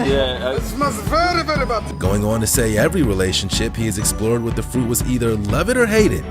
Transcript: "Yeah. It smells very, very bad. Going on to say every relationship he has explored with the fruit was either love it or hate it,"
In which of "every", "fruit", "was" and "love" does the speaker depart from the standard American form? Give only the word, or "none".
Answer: none